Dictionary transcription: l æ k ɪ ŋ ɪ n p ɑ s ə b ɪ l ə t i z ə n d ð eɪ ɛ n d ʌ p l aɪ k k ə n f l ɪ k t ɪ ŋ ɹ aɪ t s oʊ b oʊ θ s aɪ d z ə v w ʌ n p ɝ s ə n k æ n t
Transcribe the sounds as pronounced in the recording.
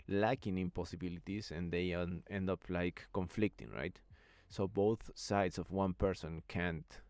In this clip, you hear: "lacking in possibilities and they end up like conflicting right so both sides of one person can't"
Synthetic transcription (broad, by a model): l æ k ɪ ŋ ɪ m p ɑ s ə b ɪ l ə t i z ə n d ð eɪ ɛ n d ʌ p l aɪ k k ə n f l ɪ k t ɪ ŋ ɹ aɪ t s oʊ b oʊ θ s aɪ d s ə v w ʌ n p ɝ s ə n k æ n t